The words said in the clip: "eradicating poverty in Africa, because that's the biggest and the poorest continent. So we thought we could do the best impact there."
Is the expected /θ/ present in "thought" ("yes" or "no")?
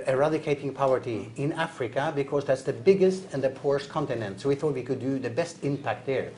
yes